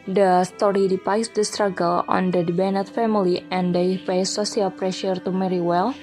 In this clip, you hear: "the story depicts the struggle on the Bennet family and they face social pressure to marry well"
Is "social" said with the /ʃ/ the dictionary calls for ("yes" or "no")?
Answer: no